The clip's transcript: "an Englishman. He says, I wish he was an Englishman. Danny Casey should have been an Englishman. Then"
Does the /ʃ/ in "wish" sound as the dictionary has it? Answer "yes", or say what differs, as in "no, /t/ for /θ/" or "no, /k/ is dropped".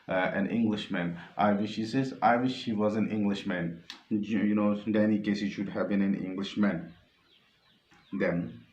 yes